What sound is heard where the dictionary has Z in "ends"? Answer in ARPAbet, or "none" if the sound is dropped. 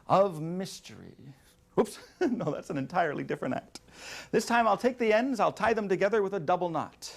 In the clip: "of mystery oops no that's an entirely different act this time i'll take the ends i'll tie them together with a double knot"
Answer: Z